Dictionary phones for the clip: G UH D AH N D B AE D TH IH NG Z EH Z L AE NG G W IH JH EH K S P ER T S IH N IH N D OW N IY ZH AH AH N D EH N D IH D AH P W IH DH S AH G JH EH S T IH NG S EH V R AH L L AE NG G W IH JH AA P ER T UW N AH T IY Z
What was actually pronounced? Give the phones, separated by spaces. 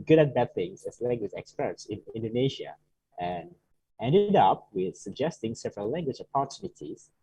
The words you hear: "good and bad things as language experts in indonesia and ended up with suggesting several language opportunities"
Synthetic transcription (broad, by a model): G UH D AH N B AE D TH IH NG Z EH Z L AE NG G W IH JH EH K S P ER T S IH N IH N D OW N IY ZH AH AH N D EH N D IH D AH P W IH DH S AH G JH EH S T IH NG S EH V R AH L L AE NG G W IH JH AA P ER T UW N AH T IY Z